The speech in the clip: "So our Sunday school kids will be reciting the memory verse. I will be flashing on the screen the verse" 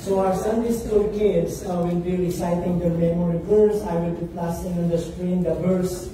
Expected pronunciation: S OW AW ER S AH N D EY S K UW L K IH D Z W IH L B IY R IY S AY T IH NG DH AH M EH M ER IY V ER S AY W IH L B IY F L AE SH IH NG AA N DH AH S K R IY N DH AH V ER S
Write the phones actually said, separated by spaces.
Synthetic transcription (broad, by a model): S OW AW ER S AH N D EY S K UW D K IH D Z W IH L B IY R IY S AY T IH NG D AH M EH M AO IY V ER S AY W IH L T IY P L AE S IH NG AA N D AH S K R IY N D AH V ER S